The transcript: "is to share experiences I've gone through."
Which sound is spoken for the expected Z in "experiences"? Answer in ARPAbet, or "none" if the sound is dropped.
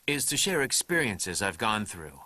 Z